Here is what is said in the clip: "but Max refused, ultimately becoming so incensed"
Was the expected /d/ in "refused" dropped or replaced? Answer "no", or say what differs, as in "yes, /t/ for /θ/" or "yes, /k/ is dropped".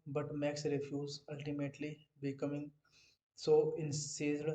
yes, /d/ is dropped